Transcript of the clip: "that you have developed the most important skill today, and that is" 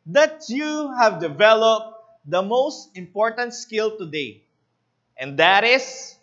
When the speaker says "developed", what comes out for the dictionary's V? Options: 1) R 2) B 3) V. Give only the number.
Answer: 3